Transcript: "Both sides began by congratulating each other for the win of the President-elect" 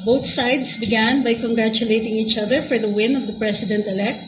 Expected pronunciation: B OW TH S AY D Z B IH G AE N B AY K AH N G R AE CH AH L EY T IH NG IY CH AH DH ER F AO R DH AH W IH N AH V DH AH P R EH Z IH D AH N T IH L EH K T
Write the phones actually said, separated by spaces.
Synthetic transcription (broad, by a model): B OW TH S AY D S B IH G AE N B AY K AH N G R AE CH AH L EY T IH NG IY CH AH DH ER F AO R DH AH W IH N AH V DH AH P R EH S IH D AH N T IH L EH K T